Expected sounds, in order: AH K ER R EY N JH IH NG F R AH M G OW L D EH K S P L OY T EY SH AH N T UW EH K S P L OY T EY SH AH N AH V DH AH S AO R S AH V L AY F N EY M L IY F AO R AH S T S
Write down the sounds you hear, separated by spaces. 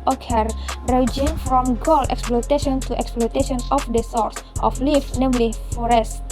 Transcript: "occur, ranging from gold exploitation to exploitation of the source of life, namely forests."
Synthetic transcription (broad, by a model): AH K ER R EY JH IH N F R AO M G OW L EH K S P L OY T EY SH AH N T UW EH K S P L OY T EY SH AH N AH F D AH S AO R S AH F L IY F N EY M L IY F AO R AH S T